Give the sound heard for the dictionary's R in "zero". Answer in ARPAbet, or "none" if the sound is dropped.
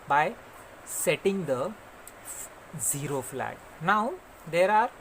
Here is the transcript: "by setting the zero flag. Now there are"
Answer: R